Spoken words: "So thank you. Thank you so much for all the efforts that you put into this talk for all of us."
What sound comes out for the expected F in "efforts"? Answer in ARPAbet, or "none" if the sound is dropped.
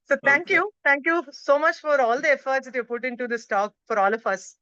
F